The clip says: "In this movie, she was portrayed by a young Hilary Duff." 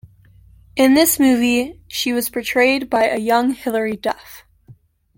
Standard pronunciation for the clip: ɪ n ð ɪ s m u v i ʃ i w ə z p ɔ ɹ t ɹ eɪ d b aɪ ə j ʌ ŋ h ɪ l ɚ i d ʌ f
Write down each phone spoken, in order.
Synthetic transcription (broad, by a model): ɪ n ð ɪ s m u v i ʃ i w ə z p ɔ ɹ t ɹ eɪ d b aɪ ə j ʌ ŋ h ɪ l ɚ i d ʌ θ